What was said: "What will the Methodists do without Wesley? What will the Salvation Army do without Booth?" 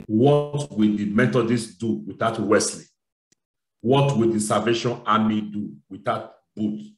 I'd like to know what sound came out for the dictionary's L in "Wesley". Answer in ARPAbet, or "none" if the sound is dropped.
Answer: L